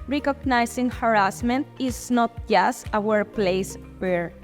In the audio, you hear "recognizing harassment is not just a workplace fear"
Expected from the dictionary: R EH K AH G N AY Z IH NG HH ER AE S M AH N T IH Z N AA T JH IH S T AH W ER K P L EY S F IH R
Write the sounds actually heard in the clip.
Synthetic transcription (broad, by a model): R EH K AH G N AY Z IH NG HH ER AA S M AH N T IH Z N AA T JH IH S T AH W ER P L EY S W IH R